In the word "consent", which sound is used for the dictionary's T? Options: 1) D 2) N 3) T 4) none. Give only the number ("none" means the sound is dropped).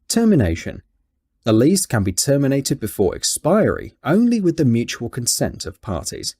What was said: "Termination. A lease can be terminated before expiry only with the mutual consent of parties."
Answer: 3